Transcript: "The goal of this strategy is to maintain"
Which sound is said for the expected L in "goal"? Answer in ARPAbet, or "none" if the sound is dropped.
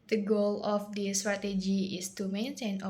L